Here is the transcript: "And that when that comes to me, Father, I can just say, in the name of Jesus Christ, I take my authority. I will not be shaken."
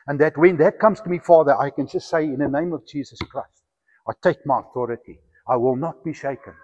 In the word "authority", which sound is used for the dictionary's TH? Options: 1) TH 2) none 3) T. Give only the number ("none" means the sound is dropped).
1